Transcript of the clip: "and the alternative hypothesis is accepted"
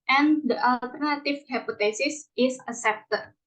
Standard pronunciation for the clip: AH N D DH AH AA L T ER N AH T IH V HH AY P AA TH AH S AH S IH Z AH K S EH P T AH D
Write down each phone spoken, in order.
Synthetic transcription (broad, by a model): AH N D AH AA L T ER N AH T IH F HH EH P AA T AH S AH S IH S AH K S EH P T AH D